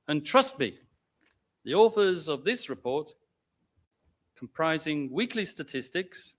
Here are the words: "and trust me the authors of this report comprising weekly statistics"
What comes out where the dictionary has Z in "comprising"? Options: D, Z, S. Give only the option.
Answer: Z